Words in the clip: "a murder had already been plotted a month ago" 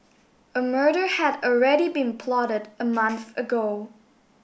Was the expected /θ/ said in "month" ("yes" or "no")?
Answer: yes